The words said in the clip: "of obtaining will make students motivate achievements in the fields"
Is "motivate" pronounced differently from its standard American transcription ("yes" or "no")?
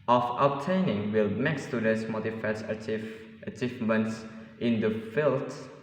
yes